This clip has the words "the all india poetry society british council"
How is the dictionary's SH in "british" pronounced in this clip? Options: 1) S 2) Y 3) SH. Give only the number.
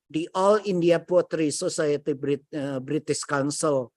1